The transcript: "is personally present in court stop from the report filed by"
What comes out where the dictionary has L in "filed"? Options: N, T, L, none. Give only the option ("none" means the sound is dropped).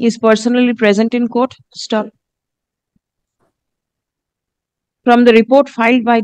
L